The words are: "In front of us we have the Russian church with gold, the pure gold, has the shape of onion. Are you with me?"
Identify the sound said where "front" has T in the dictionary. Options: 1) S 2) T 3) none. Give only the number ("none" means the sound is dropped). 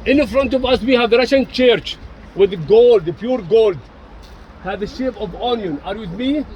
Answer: 2